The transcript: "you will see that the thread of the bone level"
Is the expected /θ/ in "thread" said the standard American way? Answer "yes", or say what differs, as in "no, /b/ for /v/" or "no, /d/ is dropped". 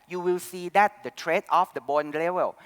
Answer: no, /t/ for /θ/